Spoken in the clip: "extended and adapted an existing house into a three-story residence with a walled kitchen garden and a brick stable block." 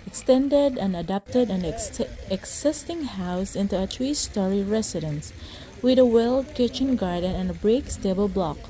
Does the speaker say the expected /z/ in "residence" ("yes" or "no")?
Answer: no